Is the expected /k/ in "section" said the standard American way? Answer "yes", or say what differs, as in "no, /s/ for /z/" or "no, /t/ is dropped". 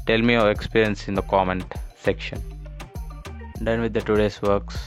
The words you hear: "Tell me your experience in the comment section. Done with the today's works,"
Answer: yes